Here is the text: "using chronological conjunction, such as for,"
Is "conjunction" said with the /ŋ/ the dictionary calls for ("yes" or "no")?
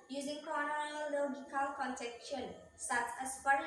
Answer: no